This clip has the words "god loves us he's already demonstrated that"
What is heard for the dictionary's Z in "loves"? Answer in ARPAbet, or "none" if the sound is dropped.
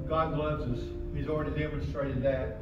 Z